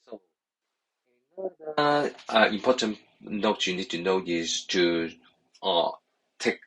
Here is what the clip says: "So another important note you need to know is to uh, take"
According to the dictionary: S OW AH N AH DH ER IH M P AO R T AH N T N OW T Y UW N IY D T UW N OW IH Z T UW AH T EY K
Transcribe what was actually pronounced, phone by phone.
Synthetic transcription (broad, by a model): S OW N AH ER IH M P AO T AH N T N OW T Y UW N IY D T UW N OW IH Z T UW AH T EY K